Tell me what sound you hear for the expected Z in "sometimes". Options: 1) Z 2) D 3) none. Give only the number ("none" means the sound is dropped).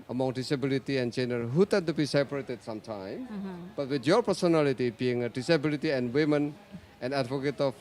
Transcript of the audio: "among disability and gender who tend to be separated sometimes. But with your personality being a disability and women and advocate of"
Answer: 3